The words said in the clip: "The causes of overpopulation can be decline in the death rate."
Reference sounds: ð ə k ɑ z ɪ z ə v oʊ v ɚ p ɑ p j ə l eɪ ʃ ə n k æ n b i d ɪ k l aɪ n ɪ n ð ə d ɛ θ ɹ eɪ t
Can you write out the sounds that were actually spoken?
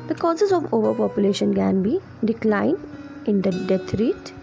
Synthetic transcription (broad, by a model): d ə k ɑ z ɪ z ə v oʊ v ɚ p ɑ p j ə l eɪ ʃ ə n k æ n b i d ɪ k l aɪ n ɪ n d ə d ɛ t ɹ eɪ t